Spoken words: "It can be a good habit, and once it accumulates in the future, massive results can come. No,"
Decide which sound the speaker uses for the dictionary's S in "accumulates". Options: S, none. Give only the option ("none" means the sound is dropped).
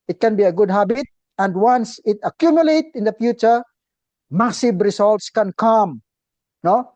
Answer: none